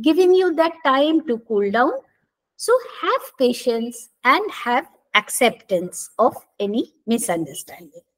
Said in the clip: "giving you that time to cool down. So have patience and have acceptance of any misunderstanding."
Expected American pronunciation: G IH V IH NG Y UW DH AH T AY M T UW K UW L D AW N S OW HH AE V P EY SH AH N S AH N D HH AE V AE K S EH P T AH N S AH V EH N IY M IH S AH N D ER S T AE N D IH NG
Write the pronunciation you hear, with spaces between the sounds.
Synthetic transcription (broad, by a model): G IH V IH NG Y UW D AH T AY M T UW K UW L D AW N S OW HH AE V P EY SH AH N S AH N D HH AE V AE K S EH P T AH N S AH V EH N IY M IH S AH N D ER S T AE N D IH NG